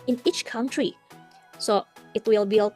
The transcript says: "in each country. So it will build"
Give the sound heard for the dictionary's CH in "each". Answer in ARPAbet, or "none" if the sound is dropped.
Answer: CH